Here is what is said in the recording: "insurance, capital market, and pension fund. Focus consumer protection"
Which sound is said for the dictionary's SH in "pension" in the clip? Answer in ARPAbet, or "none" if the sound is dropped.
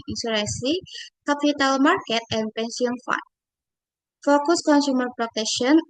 S